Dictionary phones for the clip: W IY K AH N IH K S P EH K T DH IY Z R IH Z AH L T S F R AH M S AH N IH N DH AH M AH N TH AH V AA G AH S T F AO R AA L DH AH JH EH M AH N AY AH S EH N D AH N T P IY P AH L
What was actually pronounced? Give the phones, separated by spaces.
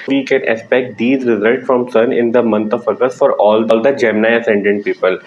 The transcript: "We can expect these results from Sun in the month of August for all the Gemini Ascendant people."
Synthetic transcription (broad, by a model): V IY K AH N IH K S P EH K T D IY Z R IH Z AH L T S F R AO M S AH N IH N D AH M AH N T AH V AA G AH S F AO R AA L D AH JH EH M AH N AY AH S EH N D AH N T P IY P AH L